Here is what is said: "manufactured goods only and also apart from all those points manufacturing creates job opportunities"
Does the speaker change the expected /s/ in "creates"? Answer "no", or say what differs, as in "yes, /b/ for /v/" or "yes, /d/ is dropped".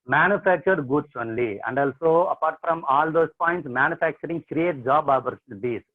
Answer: yes, /s/ is dropped